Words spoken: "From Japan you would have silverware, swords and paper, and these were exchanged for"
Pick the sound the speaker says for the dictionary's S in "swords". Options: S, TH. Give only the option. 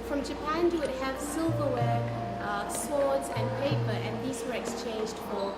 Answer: S